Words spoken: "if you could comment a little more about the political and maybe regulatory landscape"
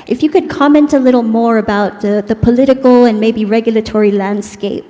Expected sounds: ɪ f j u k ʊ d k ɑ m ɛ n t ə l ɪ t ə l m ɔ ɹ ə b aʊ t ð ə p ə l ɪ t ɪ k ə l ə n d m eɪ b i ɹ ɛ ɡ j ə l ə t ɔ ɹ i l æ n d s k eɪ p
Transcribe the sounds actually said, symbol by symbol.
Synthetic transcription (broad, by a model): ɪ f j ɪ k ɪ d k ɑ m ɛ n t ə l ɪ t l m ɔ ɹ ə b aʊ t ð ə p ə l ɪ t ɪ k l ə n m eɪ b i ɹ ɛ ɡ j l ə t ɔ ɹ i l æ n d s k eɪ p